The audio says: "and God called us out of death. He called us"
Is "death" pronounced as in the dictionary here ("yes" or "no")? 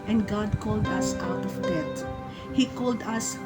no